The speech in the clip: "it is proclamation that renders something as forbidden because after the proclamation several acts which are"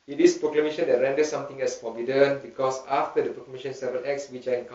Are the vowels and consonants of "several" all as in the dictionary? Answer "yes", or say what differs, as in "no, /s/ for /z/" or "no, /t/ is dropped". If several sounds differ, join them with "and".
no, /ɹ/ is dropped and /n/ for /l/